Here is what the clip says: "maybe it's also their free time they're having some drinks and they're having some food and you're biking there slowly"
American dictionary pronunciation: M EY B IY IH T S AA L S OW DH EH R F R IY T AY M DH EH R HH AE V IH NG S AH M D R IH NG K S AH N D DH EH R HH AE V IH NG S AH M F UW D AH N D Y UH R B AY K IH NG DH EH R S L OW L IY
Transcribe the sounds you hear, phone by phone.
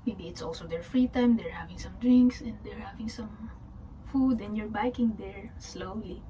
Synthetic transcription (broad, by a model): M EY B IY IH T S AA L S OW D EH R F R IY T AY M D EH R HH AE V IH NG S AH M D R IH NG K S AH N D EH R HH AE V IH NG S AH M F UW D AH N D Y UH R B AY K IH NG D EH R S L OW L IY